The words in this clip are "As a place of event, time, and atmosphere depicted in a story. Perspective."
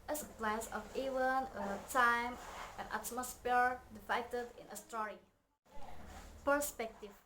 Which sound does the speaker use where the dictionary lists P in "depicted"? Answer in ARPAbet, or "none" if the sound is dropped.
F